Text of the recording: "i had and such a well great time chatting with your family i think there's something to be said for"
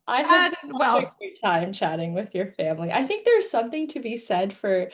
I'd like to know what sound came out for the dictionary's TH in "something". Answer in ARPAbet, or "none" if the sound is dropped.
TH